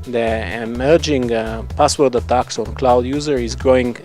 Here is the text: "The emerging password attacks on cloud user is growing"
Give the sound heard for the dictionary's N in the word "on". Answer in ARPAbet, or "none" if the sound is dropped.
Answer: N